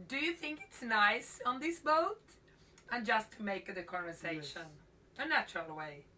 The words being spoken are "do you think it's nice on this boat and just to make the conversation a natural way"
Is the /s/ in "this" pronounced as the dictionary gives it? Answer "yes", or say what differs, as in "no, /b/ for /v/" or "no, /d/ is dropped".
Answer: yes